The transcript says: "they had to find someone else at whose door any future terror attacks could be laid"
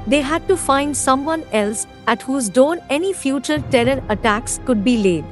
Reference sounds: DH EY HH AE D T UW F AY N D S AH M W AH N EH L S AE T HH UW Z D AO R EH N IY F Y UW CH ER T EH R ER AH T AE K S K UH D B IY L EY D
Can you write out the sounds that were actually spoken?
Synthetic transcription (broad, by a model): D EY HH AE D T UW F AY N D S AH M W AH N EH L S AE T HH UW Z D AO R EH N IY F Y UW CH ER T EH R ER AH T AE K S K UH D B IY L EY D